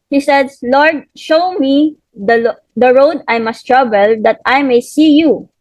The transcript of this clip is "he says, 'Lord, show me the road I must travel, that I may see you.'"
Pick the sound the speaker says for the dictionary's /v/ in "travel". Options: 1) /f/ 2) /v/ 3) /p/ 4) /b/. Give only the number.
4